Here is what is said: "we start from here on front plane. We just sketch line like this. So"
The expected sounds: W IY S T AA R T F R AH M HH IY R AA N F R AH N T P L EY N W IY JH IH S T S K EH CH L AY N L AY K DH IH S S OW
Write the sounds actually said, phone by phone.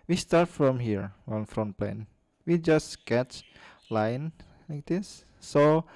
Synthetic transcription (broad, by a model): W IY S T AA R T F R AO M HH IY R AA N F R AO N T P L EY N W IY JH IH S S K EH CH L AY N L AY K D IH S S OW